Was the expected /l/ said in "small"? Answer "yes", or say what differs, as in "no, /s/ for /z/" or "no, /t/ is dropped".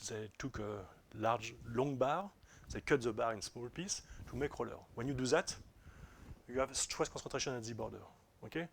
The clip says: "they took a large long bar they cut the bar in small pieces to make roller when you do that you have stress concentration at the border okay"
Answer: yes